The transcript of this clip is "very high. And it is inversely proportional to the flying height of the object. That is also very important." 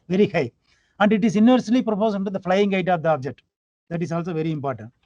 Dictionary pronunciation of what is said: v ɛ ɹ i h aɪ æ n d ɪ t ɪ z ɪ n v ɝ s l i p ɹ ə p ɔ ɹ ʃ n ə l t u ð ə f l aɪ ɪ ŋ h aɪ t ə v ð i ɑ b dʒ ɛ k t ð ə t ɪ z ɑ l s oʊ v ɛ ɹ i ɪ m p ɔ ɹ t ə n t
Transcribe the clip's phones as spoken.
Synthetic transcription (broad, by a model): v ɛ ɹ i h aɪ æ n d ɪ t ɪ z ɪ n v ɝ s l i p ɹ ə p ɔ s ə n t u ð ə f l aɪ ɪ ŋ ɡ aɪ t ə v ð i ɑ b dʒ ɛ k t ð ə t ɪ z ɑ l s oʊ v ɛ ɹ i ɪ m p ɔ ɹ t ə n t